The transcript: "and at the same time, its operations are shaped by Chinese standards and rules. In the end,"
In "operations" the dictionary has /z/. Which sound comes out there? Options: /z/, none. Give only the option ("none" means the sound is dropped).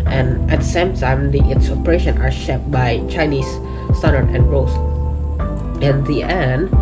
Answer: none